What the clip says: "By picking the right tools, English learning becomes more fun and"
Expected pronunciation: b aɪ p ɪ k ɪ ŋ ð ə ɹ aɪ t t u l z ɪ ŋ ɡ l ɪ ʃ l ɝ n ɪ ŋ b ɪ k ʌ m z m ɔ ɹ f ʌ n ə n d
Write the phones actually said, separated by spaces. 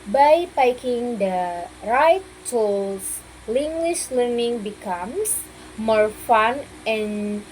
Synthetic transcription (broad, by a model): b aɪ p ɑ k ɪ ŋ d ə ɹ aɪ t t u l s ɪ ŋ ɡ w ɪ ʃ l ɝ n ɪ ŋ b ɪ k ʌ m s m ɔ ɹ f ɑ n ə n